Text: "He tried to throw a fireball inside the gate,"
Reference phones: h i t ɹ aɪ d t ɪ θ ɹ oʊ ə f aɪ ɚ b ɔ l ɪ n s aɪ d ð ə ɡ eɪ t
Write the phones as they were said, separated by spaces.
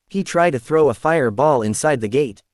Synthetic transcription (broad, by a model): h i t ɹ aɪ d t ɪ θ ɹ oʊ ə f aɪ ɚ b ɔ l ɪ n s aɪ d ð ə ɡ eɪ t